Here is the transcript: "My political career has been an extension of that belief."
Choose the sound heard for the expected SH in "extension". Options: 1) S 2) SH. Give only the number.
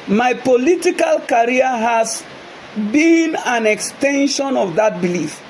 2